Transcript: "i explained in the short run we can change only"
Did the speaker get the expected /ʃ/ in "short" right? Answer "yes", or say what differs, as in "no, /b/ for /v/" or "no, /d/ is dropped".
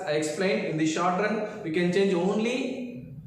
yes